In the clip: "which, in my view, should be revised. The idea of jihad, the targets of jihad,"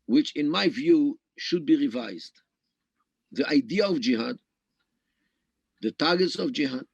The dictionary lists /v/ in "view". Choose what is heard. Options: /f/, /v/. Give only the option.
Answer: /v/